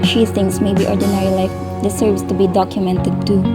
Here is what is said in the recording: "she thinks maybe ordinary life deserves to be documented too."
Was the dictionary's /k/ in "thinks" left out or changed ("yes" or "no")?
yes